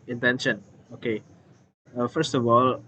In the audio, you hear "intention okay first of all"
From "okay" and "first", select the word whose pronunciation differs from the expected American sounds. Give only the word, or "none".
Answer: none